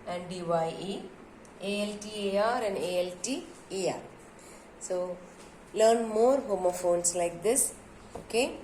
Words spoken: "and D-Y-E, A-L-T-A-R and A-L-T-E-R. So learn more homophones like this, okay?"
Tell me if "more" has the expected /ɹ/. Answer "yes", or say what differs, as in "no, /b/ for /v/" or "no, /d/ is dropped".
yes